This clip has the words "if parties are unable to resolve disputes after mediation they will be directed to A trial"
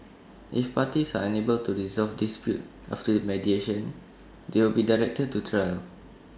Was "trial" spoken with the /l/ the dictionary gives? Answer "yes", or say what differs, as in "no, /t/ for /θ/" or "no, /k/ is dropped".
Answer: yes